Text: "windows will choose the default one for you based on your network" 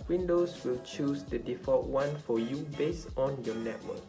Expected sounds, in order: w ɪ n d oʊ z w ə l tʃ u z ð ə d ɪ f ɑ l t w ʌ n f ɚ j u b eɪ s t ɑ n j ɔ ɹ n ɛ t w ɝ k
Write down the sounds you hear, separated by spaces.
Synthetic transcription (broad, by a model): w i n d oʊ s w ə l tʃ u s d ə d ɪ f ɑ t w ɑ n f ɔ j u b eɪ s t ɑ n j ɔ n ɛ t w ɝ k